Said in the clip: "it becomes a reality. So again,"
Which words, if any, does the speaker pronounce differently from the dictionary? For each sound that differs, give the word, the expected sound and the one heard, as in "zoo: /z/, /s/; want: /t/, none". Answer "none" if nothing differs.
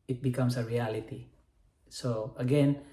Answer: becomes: /z/, /s/